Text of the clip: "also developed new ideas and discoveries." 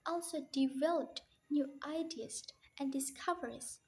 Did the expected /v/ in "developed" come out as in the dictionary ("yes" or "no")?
yes